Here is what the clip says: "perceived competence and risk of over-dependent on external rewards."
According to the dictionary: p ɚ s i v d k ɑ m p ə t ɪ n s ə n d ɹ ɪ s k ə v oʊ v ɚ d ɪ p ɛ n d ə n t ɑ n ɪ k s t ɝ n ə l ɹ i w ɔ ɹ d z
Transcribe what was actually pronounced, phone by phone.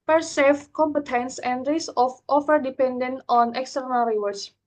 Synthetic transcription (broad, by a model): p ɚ s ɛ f k ɑ m p ə t ɪ n s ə n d ɹ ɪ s ə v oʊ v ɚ d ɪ p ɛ n d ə n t ɑ n ɪ k s t ɝ n ə l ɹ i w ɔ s